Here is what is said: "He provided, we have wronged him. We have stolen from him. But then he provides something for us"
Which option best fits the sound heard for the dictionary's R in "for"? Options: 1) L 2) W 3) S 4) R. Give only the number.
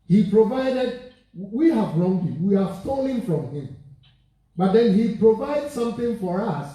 4